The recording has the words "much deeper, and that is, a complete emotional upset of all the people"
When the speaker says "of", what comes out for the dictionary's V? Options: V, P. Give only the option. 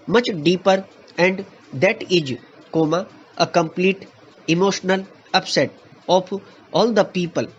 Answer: P